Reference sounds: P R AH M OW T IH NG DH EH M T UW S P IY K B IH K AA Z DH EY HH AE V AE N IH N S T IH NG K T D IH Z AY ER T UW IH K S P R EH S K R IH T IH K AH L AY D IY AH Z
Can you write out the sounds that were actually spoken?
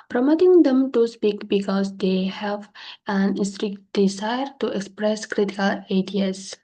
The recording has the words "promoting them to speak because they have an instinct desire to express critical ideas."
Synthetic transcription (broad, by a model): P R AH M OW T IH NG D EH M T UW S P IY K B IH K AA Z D EY HH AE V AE N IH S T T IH K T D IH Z AY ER T UW IH K S P R EH S K R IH T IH K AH L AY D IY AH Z